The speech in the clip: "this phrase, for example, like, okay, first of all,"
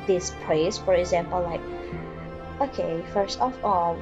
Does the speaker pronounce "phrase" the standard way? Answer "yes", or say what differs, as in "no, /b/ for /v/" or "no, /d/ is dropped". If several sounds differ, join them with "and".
no, /p/ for /f/